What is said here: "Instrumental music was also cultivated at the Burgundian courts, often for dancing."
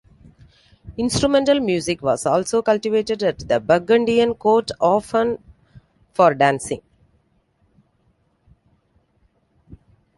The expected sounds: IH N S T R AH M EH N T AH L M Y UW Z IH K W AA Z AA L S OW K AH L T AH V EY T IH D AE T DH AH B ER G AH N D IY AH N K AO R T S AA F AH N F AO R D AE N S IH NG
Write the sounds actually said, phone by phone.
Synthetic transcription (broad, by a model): IH N S T R AH M EH N T AH L M Y UW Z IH K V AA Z AA L S OW K AH L T AH V EY T IH D AE T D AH B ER G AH N D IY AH N K AO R T AA F AH N F AO R D AE N S IH NG